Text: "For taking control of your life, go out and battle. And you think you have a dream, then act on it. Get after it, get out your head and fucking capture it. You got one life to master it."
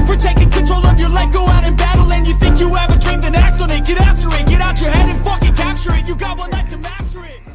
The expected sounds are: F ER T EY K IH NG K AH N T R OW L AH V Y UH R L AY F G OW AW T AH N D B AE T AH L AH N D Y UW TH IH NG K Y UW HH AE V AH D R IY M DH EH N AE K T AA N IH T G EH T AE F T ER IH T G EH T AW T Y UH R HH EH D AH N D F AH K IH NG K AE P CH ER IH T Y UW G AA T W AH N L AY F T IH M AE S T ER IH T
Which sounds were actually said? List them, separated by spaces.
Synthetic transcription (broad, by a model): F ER T EY K IH NG K AH N T R OW L AH V Y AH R L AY G OW AW T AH N B AE T L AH N Y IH TH IH NG K Y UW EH V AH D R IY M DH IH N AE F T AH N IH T G EH T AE F T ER IH T G EH T AW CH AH R HH EH D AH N F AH K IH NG K AE P CH ER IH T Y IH G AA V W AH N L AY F T IH M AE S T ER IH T